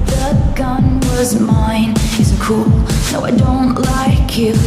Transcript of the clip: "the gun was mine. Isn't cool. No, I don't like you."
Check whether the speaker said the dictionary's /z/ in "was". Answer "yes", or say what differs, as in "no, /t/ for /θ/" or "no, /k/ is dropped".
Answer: yes